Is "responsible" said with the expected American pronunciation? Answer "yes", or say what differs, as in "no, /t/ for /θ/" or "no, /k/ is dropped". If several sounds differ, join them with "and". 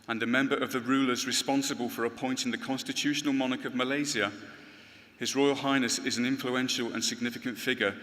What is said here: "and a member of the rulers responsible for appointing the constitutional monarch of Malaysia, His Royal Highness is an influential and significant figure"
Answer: yes